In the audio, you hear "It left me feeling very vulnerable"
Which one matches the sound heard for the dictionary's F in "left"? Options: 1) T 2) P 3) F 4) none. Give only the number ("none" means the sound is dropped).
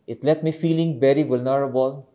4